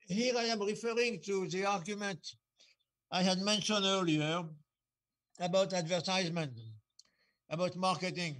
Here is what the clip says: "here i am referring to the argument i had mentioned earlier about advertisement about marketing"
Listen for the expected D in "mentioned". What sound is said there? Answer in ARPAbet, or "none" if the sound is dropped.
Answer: none